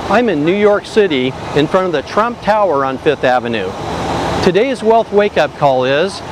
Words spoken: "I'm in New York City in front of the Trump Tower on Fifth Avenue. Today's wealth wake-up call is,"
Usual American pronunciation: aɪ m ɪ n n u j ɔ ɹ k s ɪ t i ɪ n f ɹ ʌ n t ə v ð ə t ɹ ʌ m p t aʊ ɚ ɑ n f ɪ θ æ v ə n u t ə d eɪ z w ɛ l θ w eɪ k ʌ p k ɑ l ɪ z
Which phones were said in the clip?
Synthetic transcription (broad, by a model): aɪ m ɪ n n u j ɔ ɹ k s ɪ t i ɪ n f ɹ ʌ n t ə v ð ə t ɹ ʌ m p t aʊ ɚ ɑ n f ɪ θ æ v ə n u t ə d eɪ z w ɛ l θ w eɪ k ʌ p k ɑ l ɪ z